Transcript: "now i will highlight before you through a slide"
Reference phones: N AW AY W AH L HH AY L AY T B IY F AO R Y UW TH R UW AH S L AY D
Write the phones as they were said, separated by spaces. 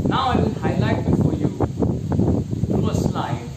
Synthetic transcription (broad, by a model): N AW AY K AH N HH AY L AY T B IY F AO Y UW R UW AH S L AY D